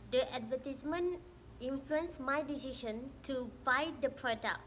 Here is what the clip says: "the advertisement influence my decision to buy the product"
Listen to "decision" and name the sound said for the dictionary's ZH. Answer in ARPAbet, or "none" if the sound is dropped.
SH